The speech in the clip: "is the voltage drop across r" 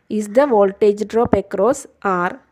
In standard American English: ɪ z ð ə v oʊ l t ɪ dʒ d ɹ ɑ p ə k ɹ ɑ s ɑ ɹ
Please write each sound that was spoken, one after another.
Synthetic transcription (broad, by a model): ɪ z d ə v oʊ l t ɪ dʒ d ɹ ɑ p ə k ɹ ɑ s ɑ ɹ